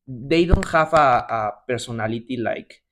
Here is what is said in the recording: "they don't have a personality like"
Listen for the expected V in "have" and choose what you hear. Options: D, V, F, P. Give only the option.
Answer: F